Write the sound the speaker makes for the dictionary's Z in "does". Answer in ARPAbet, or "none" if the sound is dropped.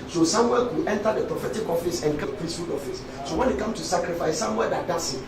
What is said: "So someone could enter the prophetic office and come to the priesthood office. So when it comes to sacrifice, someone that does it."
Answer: S